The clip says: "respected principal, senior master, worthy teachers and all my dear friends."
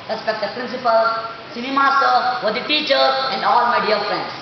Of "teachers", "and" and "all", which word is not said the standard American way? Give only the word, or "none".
teachers